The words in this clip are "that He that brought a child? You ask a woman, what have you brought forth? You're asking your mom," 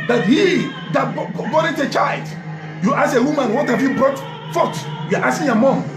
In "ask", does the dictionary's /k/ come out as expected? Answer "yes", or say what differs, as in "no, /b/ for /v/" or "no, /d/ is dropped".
no, /k/ is dropped